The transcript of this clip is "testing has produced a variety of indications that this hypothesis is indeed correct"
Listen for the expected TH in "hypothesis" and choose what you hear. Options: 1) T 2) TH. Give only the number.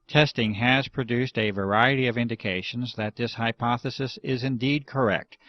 2